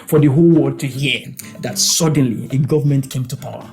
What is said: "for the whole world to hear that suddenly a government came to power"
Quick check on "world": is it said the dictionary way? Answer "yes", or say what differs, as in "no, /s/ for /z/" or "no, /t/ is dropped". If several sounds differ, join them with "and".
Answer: no, /l/ is dropped